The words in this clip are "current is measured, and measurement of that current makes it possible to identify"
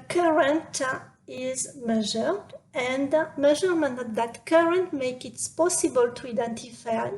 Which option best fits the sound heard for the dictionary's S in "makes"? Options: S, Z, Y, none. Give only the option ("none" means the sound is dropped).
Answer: none